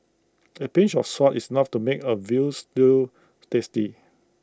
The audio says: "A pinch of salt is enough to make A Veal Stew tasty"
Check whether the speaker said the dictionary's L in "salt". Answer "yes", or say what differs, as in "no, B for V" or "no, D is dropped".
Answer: no, L is dropped